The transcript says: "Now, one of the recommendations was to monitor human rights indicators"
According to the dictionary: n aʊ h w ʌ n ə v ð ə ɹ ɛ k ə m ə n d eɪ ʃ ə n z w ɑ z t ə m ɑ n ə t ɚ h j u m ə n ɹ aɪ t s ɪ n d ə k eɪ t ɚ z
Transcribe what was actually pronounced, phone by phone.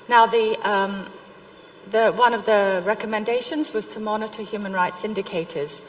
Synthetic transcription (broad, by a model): n aʊ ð w ʌ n ə v ð ə ɹ ɛ k ə m ə n d eɪ ʃ ə n z w ɑ z t ə m ɑ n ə t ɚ h j u m ə n ɹ aɪ t s ɪ n d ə k eɪ t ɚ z